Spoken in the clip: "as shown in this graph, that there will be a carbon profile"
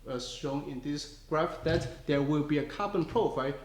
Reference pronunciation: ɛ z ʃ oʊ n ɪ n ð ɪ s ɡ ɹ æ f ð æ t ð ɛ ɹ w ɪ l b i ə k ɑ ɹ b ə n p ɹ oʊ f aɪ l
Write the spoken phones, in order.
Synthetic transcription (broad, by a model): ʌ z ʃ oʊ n ɪ n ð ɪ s ɡ ɹ æ f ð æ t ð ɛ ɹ w ɪ l b i ə k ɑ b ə n p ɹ oʊ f aɪ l